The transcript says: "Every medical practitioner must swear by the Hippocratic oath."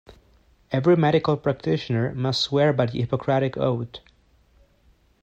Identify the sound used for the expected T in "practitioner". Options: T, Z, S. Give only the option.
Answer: T